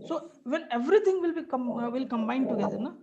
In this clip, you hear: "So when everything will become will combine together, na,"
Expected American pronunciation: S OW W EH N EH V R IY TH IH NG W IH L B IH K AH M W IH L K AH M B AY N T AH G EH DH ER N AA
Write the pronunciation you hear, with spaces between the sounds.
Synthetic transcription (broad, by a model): S OW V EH N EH V R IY T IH NG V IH L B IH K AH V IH L K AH M B AY N T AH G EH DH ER N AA